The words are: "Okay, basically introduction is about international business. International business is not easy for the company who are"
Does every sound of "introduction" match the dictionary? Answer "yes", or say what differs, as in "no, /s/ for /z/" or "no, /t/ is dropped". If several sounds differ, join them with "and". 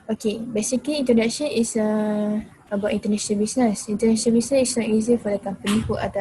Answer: no, /ɹ/ is dropped